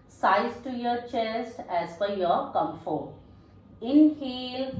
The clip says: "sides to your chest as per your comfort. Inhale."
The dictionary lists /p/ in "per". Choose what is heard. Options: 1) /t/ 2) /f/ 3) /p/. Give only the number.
2